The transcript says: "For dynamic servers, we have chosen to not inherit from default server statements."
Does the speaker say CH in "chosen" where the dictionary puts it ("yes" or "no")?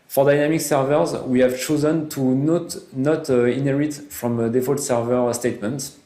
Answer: yes